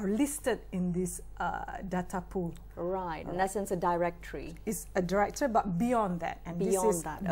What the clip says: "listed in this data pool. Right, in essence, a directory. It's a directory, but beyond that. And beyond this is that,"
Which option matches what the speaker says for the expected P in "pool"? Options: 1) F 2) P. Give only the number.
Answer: 2